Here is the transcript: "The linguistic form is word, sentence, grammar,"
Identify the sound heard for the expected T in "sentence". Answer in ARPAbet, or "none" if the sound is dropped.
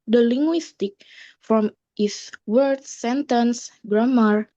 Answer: T